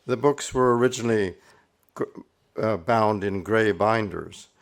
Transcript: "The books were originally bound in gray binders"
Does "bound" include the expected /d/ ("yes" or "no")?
yes